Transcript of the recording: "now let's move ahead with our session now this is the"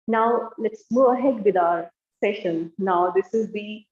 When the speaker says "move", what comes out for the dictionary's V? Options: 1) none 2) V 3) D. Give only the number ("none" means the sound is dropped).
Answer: 1